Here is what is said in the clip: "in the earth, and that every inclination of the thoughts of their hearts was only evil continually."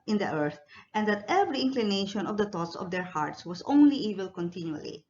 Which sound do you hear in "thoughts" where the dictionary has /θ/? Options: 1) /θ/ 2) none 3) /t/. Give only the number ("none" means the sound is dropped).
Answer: 3